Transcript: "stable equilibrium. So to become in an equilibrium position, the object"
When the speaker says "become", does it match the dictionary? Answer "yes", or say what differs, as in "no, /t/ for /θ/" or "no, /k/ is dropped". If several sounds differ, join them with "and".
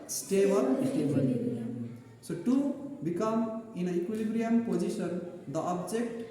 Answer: yes